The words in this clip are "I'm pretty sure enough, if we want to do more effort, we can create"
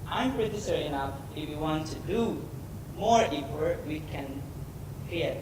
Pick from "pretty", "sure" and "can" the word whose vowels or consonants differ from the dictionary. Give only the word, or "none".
sure